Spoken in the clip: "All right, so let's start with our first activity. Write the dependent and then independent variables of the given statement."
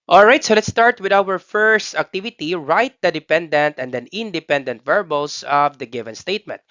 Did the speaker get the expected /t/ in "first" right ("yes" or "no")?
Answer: yes